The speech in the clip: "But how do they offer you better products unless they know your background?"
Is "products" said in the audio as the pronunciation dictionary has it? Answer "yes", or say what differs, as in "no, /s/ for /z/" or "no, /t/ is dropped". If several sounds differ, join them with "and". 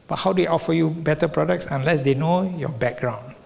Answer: yes